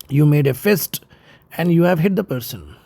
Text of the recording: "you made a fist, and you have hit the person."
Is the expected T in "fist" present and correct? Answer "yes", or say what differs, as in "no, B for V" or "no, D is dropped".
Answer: yes